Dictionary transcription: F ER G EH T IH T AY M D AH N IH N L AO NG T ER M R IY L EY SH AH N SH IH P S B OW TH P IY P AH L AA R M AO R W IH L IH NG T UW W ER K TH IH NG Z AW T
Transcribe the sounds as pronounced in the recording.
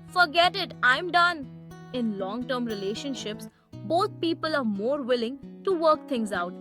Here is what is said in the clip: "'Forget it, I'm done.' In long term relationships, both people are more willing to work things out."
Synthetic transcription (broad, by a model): F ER G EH T IH T AY M D AH N IH N L AO NG T ER M R IY L EY SH AH N SH IH P S B OW T P IY P AH L AA R M AO R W IH L IH NG T UW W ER K T IH NG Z AW T